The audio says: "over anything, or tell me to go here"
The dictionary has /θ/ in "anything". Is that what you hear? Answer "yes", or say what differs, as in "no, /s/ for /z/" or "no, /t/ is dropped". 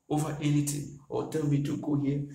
no, /t/ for /θ/